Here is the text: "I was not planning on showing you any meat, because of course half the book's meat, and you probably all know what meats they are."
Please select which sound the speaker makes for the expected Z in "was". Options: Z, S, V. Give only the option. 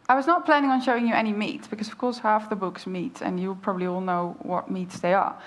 Z